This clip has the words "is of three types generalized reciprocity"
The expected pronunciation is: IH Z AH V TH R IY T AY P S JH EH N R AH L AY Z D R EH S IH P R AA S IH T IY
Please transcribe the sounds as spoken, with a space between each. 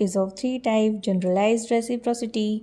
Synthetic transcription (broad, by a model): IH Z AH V T R IY T AY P JH EH N R AH L AY Z D R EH S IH P R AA S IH T IY